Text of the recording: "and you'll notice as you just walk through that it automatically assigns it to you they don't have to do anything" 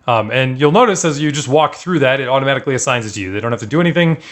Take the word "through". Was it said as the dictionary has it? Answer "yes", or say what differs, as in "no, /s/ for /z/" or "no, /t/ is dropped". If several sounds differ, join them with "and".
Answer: yes